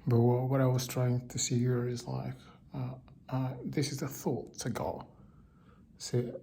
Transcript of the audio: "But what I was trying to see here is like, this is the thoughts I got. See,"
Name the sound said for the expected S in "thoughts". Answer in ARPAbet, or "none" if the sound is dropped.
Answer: none